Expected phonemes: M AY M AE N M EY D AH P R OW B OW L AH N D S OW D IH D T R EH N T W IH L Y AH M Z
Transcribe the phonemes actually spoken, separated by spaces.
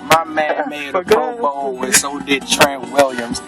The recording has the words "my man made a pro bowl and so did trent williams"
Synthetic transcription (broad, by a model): M AY M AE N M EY AH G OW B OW W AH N S OW D IH D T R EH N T W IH L Y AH M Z